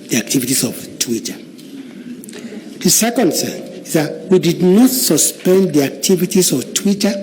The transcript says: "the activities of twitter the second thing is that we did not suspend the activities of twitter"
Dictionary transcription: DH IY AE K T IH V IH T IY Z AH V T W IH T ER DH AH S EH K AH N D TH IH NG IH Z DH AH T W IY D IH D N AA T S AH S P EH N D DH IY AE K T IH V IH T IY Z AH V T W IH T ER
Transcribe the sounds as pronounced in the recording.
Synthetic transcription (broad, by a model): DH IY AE K T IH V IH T IY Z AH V T W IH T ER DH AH S EH K AH N D S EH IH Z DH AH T W IY D IH D N AA T S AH S P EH N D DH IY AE K T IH V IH T IY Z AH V T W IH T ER